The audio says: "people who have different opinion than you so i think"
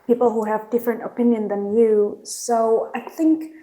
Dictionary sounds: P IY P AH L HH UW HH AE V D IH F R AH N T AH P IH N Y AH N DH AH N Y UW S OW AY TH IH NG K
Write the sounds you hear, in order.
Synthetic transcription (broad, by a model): P IY P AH L HH UW HH AE V D IH F R AH N T AH P IH N Y AH N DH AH N Y UW S OW AY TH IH NG K